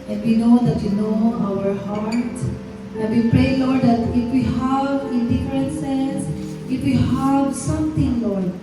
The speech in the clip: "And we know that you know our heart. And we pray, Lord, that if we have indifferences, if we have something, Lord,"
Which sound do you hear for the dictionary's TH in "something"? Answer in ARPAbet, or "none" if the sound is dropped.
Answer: T